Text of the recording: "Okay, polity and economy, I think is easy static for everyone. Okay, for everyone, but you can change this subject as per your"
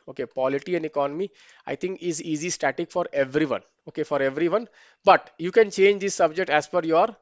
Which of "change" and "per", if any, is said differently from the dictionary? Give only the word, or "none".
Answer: per